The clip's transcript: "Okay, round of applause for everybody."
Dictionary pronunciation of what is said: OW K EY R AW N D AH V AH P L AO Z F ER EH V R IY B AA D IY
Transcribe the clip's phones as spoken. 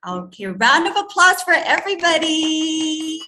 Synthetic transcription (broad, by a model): OW K EY R AW N D AH V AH P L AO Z F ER EH V R IY B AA D IY